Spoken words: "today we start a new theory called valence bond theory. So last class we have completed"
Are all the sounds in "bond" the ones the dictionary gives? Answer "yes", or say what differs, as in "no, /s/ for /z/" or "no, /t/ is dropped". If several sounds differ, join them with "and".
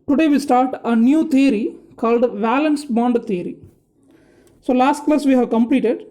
yes